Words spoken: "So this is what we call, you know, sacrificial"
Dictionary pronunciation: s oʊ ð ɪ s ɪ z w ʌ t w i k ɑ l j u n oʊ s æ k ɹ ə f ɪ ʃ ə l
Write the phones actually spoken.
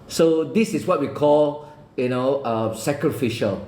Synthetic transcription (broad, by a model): s oʊ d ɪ s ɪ s w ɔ t w i k ɑ l j u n oʊ s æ k ɹ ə f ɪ ʃ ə l